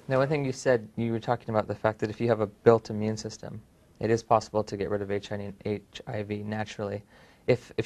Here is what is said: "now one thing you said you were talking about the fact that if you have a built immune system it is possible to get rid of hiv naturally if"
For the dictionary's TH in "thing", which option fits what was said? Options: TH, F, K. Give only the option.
TH